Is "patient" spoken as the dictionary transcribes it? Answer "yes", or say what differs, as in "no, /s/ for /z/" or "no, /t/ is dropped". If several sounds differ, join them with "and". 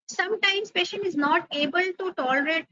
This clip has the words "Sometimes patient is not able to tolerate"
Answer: yes